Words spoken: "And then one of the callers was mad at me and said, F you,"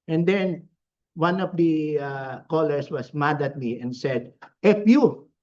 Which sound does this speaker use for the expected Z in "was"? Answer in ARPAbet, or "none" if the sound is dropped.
S